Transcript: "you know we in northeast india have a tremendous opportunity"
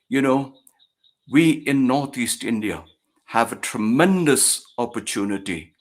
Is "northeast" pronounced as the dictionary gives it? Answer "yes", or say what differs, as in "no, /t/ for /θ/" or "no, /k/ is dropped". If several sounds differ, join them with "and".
yes